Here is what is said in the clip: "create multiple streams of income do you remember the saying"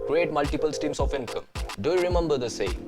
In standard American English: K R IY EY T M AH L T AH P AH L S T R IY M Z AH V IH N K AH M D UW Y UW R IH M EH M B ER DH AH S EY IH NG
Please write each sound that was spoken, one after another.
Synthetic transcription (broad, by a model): K R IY EY T M AH L T AH P AH L S T IY M S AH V IH N K AH M D UW Y UW R IH M EH M B ER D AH S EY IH